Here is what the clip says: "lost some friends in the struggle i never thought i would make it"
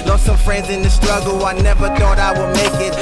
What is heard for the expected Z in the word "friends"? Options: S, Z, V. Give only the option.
Z